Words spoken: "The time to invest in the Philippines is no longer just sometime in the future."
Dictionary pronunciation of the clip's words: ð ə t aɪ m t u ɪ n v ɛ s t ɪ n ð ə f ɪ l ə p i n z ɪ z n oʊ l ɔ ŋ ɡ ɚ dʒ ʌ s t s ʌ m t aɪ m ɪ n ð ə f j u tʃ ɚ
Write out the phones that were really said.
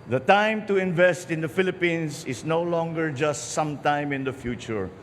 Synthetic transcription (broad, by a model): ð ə t aɪ m t u ɪ n v ɛ s t ɪ n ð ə f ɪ l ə p i n s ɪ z n oʊ l ɔ ŋ ɡ ɚ dʒ ʌ s t s ʌ m t aɪ m ɪ n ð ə f j u tʃ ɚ